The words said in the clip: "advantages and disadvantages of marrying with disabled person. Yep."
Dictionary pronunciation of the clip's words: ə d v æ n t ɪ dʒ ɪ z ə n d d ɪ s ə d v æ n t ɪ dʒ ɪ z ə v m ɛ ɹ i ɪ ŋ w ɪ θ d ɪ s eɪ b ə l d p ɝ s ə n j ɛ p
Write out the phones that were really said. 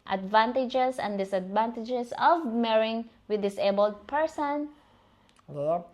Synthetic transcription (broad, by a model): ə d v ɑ n t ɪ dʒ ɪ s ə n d d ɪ s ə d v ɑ n t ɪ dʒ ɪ s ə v m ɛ ɹ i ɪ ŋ w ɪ d ɪ s eɪ b ə l d p ɝ s ə n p